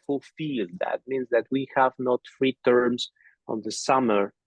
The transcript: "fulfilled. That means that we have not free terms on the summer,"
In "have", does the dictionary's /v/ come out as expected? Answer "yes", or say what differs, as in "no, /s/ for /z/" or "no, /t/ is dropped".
yes